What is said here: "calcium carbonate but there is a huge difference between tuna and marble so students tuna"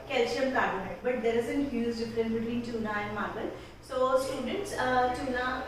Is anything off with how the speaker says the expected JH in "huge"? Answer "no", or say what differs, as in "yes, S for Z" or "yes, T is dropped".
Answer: yes, Z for JH